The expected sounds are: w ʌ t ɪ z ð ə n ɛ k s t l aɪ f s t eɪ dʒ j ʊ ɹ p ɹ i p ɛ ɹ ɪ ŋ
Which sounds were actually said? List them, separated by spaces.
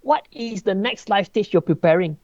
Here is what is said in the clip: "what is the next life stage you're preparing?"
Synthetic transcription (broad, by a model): w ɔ t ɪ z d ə n ɛ k s t l aɪ f t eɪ tʃ j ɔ p ɹ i p ɛ ɹ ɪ ŋ